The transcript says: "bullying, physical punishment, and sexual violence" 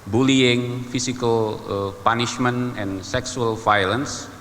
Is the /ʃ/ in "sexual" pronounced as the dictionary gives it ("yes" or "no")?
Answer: no